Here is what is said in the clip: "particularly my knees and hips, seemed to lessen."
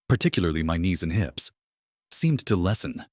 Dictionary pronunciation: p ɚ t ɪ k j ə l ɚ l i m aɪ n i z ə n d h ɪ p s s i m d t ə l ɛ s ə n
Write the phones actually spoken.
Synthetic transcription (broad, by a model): p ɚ t ɪ k j l ɚ l i m aɪ n i z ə n h ɪ p s s i m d t ə l ɛ s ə n